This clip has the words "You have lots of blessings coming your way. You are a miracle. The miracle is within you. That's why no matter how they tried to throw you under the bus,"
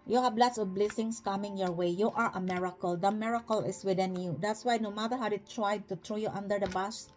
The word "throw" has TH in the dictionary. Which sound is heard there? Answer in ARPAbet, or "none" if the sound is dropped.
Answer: T